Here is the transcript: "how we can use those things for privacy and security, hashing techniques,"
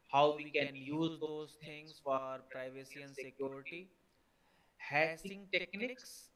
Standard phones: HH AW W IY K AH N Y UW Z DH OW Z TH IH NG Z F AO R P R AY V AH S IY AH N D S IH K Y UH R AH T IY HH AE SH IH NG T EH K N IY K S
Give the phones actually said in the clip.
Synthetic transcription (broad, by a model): HH AW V IY K AH N Y UW Z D OW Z T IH NG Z F AO R P R AY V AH S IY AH N S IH K Y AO R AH T IY HH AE S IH NG T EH K N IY K S